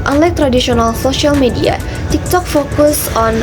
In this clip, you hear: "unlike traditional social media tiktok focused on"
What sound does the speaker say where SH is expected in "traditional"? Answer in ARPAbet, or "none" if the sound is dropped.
S